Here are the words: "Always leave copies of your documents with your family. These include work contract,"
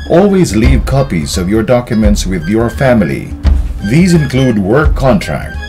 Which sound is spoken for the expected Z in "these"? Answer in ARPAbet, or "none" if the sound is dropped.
Z